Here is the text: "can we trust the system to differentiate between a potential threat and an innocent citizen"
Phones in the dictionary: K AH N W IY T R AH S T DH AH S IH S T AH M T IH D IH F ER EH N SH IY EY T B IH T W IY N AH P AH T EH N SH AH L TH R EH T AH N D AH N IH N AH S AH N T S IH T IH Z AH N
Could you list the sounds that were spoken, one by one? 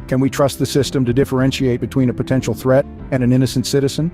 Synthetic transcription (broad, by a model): K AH N W IY T R AH S T DH AH S IH S T AH M T IH D IH F ER EH N SH IY EY T B IH T W IY N AH P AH T EH N SH L TH R EH T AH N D AH N IH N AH S N T S IH T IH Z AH N